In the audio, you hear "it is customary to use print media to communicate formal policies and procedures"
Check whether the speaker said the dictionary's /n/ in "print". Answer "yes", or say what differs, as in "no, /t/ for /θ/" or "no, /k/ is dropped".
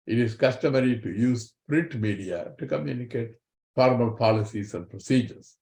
no, /n/ is dropped